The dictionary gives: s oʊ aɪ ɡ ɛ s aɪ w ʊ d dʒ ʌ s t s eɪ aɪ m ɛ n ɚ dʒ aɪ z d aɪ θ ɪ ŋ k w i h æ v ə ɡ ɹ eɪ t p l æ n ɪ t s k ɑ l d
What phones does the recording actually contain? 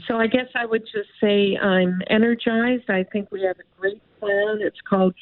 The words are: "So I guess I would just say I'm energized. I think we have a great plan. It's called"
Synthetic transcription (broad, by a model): s oʊ aɪ ɡ ɛ s aɪ w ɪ d dʒ ʌ s t s eɪ aɪ m ɛ n ɚ dʒ aɪ z d aɪ θ ɪ ŋ k w i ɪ v ə ɡ ɹ eɪ t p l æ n ɪ t s k ɑ l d